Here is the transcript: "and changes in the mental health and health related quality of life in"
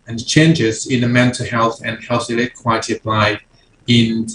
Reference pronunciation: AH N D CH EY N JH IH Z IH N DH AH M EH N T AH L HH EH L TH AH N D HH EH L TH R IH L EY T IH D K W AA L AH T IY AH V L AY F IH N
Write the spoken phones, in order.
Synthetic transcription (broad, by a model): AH N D CH EY N JH IH Z IH N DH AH M EH N T AH L HH EH L TH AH N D HH EH L TH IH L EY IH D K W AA AH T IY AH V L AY IH N